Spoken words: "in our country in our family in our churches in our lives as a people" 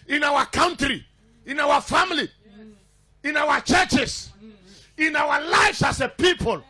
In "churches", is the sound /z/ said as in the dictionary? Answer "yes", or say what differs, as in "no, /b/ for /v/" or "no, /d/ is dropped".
no, /s/ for /z/